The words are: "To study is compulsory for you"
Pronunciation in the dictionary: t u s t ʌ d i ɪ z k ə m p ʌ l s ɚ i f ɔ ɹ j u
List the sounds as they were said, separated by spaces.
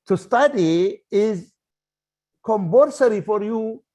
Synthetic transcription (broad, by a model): t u s t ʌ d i ɪ z k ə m b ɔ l s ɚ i f ɔ ɹ j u